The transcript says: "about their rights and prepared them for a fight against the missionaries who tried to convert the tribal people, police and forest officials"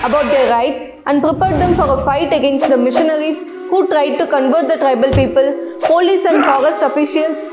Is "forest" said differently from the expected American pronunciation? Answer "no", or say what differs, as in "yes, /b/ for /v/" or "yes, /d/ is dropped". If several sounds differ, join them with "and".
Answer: no